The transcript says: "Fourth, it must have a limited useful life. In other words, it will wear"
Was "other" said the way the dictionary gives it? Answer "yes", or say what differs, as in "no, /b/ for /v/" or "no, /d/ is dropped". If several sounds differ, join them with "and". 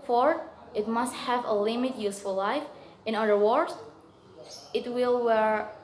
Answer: no, /ð/ is dropped